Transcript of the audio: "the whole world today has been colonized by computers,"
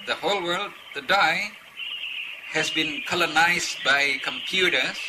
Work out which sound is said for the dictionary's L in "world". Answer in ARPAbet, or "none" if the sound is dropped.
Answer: L